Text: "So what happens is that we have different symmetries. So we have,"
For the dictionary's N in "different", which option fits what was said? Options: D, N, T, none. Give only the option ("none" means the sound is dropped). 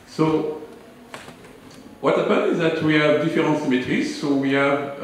none